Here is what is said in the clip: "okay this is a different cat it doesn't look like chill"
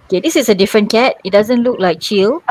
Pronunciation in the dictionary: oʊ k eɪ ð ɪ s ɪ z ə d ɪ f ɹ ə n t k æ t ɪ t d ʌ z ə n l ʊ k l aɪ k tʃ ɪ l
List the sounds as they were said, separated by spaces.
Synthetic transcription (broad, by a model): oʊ k eɪ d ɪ s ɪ s ə d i f ɹ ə n k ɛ t ɪ t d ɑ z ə n l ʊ k l aɪ k tʃ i l